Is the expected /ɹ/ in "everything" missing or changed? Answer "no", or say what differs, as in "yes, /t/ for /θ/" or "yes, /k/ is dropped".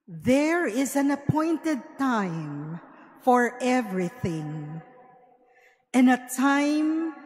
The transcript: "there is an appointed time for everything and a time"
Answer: no